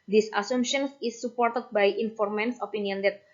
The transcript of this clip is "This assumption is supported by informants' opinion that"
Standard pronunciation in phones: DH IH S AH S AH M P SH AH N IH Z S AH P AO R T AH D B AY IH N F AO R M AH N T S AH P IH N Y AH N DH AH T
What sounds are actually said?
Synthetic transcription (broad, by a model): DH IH S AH S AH M SH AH N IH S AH P AO R T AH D B AY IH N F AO R M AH N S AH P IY N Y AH N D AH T